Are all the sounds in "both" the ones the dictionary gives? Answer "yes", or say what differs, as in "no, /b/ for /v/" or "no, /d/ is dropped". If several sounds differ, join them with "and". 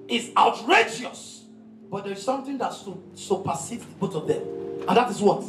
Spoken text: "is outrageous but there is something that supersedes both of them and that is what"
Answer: no, /t/ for /θ/